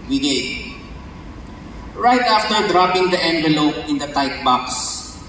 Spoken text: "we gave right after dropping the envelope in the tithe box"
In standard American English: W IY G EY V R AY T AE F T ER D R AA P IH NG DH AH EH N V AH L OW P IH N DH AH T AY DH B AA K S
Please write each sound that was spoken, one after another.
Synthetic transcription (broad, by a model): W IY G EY R AY T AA F T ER D R AA P IH NG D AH EH N V AH L OW P IH N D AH T AY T B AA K S